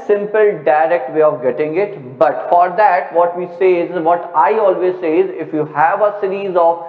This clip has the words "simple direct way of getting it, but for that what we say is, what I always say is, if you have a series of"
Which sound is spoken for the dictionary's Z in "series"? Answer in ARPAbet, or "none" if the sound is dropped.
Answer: Z